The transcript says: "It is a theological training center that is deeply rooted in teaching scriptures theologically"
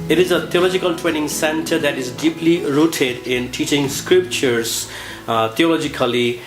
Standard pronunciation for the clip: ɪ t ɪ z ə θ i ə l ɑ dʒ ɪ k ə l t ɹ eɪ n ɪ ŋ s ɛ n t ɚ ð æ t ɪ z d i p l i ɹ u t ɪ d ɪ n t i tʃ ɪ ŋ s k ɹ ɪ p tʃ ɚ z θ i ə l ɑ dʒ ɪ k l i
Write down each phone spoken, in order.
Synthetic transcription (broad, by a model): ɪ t ɪ z ə t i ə l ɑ dʒ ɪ k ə l t ɹ eɪ n ɪ ŋ s ɛ n t ɚ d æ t ɪ z d i p l i ɹ u t ɪ d ɪ n t i tʃ ɪ ŋ s k ɹ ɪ p tʃ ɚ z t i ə l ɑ dʒ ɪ k l i